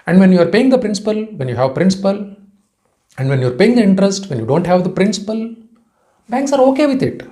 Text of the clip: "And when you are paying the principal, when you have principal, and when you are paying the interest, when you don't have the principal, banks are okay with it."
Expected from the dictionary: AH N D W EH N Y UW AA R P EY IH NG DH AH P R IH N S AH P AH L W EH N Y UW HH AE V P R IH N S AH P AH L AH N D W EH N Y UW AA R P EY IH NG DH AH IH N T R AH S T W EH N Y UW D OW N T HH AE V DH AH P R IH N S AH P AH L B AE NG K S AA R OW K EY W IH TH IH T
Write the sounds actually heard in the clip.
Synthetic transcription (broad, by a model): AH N D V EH N Y UW AA R P EY IH NG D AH P R IH N S AH P AH L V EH N Y UW HH AE V P R IH N S AH P AH L AH N D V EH N Y UW AA R P EY IH NG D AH IH N T R AH S T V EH N Y UW D OW N T HH AE V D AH P R IH N S AH P AH L B AE NG K S AA R OW K EY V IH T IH T